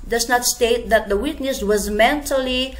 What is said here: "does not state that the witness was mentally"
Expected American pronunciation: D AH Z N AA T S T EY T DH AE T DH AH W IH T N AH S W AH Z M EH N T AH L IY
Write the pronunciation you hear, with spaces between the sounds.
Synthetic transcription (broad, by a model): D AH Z N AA T S T EY T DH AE T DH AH W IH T N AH S W AH Z M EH N T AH L IY